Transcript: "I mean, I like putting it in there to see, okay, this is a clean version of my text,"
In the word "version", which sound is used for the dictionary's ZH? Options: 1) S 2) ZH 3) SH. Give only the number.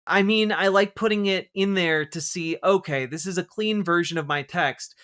2